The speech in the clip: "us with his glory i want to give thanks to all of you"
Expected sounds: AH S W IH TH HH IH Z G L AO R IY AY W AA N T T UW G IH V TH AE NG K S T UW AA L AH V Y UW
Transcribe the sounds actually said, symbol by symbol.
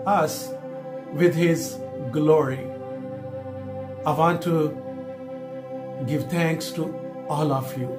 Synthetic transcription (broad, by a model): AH S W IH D HH IH Z G L AO R IY AY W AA N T T UW G IH V T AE NG K S T UW AA L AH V Y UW